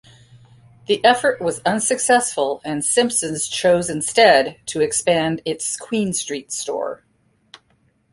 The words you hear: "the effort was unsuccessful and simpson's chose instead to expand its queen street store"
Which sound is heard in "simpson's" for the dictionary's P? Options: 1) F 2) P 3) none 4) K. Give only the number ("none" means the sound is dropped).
2